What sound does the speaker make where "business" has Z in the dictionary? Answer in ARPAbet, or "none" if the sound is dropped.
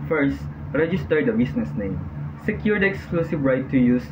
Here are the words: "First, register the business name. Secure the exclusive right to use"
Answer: S